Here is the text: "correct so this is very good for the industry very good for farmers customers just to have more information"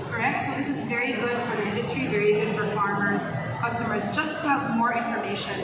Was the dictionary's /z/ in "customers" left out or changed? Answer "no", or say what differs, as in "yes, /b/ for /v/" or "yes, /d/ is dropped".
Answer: no